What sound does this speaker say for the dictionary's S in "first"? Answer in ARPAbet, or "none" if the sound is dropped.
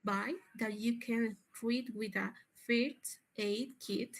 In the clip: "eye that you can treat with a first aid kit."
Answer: none